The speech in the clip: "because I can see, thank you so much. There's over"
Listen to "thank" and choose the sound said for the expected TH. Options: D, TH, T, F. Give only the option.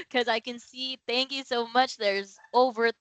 TH